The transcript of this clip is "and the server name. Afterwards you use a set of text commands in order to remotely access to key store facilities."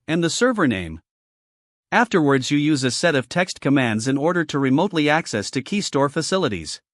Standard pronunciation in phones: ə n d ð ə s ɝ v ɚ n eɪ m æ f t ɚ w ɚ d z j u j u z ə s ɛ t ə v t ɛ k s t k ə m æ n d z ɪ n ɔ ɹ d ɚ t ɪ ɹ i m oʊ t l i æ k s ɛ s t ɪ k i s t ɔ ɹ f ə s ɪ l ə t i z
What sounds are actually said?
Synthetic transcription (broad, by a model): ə n ð ə s ɝ v ɚ n eɪ m æ f t ɚ w ɚ d z j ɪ j u z ə s ɛ t ə v t ɛ k s t k ə m æ n d z ɪ n ɔ ɹ d ɚ t ɪ ɹ i m oʊ t l i æ k s ɛ s t ɪ k i s t ɔ ɹ f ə s ɪ l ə t i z